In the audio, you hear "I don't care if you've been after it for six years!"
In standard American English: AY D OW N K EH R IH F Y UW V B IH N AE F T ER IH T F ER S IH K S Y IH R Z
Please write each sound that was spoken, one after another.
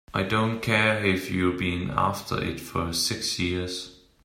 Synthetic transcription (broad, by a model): AY D OW N K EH IH F Y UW B IH N AE F T ER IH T F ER S IH K S Y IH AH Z